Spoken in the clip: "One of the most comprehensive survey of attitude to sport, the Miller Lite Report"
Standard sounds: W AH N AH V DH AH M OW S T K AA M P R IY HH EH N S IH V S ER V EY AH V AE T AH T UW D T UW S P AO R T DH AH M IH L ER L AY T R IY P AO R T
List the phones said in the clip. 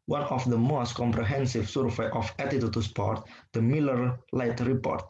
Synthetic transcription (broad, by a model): W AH N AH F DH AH M OW S T K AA M P R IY HH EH N S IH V S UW F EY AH F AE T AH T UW T UW S P AO R T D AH M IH L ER L AY T R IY P AO R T